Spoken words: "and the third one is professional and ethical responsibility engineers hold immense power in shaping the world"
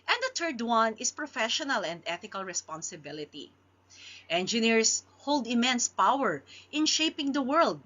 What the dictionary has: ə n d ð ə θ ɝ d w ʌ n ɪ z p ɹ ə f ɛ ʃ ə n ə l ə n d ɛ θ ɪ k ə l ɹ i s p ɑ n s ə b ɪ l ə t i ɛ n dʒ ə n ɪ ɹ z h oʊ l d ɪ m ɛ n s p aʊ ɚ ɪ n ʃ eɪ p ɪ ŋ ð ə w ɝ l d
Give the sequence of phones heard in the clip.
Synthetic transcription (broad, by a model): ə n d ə t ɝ d w ʌ n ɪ s p ɹ ə f ɛ ʃ ə n ə l ə n d ɛ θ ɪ k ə l ɹ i s p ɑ n s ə b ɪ l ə t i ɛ n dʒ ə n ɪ ɹ s h oʊ l d ɪ m ɛ n s p aʊ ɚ ɪ n ʃ eɪ p ɪ ŋ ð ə w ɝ l d